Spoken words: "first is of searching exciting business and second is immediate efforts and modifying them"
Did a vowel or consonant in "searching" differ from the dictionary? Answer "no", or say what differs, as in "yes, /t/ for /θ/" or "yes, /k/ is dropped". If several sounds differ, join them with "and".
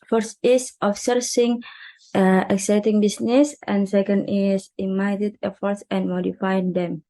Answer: yes, /s/ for /tʃ/